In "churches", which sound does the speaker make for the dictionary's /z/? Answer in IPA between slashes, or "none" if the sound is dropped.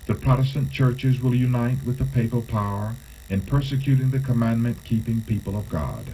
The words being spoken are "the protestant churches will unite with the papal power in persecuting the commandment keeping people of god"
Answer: /z/